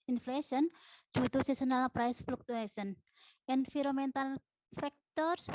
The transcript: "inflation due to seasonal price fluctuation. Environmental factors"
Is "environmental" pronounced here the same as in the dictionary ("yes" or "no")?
no